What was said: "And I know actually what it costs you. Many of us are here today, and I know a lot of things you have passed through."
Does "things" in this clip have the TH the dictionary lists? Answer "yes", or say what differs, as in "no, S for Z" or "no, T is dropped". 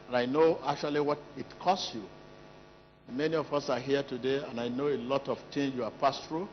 no, T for TH